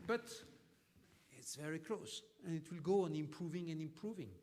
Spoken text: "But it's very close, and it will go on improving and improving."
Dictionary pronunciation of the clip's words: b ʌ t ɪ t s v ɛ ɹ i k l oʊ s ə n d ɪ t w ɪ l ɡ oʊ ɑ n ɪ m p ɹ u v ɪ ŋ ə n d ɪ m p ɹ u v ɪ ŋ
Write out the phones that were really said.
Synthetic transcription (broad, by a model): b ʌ t ɪ t s v ɛ ɹ i k l oʊ s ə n ɪ t w ɪ l ɡ oʊ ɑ n ɪ m p ɹ u v ɪ ŋ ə n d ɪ m p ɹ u v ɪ ŋ